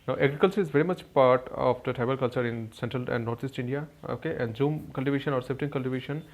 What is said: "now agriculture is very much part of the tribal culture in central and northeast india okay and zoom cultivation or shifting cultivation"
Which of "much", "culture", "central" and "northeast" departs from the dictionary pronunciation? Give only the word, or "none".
northeast